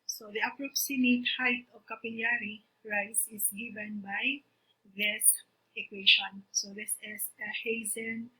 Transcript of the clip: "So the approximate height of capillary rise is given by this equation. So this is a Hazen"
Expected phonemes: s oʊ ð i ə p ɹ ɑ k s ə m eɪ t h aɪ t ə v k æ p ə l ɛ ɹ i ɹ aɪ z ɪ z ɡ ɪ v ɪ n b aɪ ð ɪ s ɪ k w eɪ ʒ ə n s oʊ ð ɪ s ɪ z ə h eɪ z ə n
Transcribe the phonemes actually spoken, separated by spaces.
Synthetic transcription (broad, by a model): s oʊ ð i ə p ɹ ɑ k s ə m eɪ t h aɪ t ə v k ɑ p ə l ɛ ɹ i ɹ aɪ s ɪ s ɡ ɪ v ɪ n b aɪ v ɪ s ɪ k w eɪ ʃ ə n s oʊ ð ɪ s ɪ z ə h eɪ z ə n